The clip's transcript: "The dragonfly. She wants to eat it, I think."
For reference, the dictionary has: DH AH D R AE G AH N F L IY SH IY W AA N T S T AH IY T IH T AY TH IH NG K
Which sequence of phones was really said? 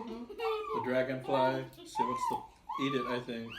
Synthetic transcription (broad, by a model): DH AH D R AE G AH N P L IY S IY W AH T S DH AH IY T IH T AY TH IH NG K